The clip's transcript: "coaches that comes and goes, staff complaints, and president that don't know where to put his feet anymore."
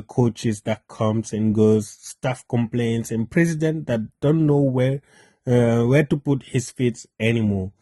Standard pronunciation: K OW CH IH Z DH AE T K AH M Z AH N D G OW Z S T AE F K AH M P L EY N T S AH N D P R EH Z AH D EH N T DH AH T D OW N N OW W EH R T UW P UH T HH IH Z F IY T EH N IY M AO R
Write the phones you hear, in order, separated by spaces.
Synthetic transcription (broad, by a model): K OW CH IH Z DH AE T K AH M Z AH N G OW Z S T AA F K AH M P L EY N T S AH N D P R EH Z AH D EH N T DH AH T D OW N N OW W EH W T UW P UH T HH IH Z F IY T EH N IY M AO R